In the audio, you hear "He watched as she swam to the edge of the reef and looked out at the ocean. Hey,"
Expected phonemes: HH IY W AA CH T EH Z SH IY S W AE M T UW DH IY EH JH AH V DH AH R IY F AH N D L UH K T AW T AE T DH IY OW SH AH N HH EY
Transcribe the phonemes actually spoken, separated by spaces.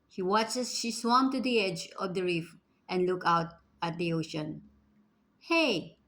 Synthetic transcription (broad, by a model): HH IY W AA CH EH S SH IY S W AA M T UW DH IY EH JH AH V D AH R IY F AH N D L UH K AW T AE T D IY OW SH AH N HH EY